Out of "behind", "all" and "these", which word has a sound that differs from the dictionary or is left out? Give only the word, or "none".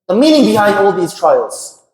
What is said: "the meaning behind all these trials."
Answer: behind